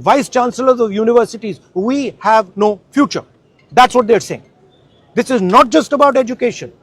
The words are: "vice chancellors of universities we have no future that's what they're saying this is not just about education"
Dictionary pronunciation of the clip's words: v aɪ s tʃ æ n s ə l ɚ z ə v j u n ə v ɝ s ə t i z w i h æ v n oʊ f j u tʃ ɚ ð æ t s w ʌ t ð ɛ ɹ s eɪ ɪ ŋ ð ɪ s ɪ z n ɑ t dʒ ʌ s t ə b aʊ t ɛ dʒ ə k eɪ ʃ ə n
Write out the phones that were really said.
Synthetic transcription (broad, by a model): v aɪ s tʃ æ n s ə l ɚ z ə v j u n ə v ɝ s ə t i z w i h æ v n oʊ f j u tʃ ɚ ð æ t s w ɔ t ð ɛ ɹ s eɪ ɪ ŋ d ɪ s ɪ z n ɑ t dʒ ʌ s t ə b aʊ t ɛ dʒ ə k eɪ ʃ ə n